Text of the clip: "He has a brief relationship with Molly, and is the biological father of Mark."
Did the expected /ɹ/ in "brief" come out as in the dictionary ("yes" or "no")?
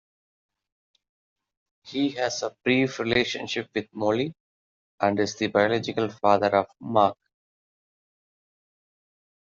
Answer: yes